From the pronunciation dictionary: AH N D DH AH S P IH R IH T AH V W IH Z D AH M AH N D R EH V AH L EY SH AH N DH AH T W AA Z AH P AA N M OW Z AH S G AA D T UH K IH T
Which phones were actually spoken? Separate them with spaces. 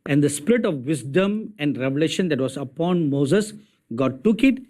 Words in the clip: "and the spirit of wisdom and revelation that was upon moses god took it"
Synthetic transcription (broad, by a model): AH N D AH S P IH R IH T AH V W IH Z D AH M AH N D R EH V AH L EY SH AH N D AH T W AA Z AH P AA N M OW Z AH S G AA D T UH K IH T